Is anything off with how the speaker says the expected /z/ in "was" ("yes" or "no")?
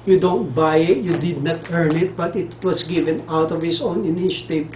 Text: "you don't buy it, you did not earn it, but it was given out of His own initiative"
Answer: yes